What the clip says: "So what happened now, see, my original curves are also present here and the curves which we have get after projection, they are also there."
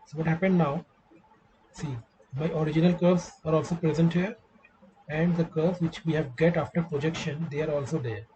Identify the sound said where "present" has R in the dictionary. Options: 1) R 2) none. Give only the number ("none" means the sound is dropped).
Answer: 1